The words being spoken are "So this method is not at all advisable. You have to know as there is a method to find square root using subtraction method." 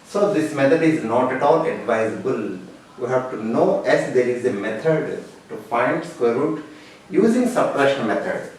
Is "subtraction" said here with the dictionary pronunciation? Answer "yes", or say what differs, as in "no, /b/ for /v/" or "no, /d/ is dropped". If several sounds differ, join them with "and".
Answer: no, /k/ is dropped